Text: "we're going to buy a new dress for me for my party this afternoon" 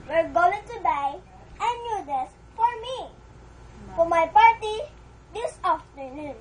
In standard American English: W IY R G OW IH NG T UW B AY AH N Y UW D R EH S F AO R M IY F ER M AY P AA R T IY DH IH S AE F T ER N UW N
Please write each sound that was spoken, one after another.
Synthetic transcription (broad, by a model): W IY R G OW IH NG T UW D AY AH N Y UW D EH S F AO R M IY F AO M AY P AA R T IY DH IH S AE F T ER N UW N